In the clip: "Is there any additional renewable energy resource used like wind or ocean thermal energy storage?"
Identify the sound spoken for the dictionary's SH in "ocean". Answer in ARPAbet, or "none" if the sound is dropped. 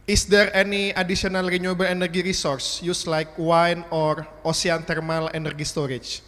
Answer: S